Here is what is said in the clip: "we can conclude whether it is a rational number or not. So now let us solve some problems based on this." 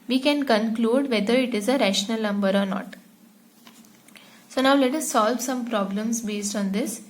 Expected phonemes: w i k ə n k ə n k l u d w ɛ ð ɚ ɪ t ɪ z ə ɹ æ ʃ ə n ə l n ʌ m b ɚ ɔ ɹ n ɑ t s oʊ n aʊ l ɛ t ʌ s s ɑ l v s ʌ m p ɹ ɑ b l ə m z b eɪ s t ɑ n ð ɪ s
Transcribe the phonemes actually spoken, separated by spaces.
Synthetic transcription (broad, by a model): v i k ə n k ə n k l u d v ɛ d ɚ ɪ t ɪ z ə ɹ æ ʃ ə n ə l n ʌ m b ɚ ɔ ɹ n ɑ t s oʊ n aʊ l ɛ t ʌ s s ɑ l v s ʌ m p ɹ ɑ b l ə m s b eɪ s t ɑ n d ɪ s